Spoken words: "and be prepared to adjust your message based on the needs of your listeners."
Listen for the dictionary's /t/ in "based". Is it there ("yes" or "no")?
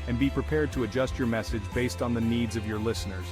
yes